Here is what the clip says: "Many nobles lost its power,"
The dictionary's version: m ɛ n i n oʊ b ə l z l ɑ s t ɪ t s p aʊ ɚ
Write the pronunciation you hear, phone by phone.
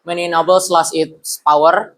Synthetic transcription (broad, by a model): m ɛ n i n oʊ b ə l s l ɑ s ɪ t s p aʊ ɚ